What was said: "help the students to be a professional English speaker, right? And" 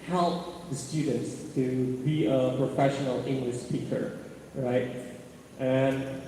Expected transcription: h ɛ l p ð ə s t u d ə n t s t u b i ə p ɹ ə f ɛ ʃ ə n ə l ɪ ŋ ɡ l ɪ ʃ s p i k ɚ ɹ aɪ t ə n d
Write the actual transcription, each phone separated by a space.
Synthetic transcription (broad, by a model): h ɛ l p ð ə s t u d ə n t s t u b i ə p ɹ ə f ɛ ʃ ə n ə l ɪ ŋ ɡ l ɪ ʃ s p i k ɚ ɹ aɪ t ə n